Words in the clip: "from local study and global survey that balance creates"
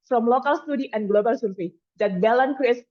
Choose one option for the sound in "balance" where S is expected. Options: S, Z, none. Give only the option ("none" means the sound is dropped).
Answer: none